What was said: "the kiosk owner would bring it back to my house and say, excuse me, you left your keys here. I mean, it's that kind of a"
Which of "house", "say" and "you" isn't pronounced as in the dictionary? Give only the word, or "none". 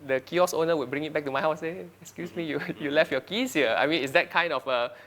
house